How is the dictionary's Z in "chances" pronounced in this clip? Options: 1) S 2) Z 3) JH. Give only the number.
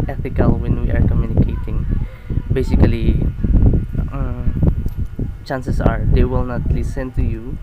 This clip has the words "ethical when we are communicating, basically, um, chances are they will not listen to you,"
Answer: 1